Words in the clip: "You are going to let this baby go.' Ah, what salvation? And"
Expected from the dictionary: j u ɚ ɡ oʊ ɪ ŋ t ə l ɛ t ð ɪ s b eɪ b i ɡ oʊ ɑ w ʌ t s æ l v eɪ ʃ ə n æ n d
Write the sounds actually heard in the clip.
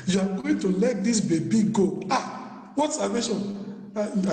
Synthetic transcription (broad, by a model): j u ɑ ɡ oʊ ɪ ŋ t ə l ɛ t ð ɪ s b eɪ b i ɡ oʊ ɑ w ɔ t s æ v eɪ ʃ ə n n